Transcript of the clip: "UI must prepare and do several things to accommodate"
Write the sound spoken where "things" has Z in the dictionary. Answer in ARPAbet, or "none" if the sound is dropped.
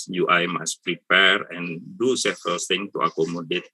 none